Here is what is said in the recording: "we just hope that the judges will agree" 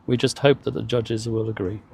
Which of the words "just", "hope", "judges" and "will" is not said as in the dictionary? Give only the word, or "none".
none